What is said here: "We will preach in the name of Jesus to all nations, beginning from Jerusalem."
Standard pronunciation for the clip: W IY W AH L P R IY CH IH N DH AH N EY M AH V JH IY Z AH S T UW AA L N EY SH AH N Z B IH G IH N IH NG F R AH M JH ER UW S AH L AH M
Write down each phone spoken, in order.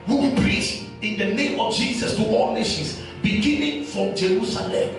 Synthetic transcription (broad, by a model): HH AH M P R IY S IH N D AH N EY M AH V JH IY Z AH S T UW AA L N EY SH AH N S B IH G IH N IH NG F R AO M JH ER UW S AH L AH M